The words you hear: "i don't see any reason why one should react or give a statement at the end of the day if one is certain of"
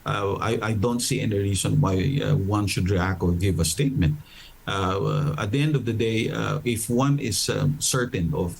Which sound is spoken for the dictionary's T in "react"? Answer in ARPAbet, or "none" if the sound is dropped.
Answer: none